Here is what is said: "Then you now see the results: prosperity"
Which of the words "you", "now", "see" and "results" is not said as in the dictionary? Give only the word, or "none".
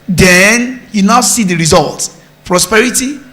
results